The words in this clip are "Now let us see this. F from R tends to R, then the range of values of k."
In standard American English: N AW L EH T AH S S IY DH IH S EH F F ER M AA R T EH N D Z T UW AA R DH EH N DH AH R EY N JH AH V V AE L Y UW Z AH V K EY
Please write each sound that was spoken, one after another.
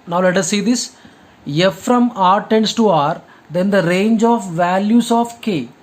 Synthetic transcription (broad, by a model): N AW L EH T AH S S IY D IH S EH F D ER M AA R T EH N D S T UW AA R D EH N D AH R EY N JH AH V V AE L Y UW S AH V K EY